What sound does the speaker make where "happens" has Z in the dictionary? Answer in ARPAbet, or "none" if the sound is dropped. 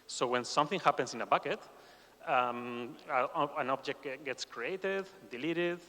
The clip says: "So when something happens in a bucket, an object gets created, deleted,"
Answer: S